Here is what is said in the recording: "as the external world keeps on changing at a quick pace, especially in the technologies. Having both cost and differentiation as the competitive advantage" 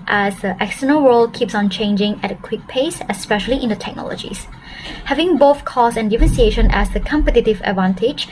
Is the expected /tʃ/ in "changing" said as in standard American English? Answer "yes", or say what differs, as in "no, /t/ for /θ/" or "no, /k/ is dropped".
yes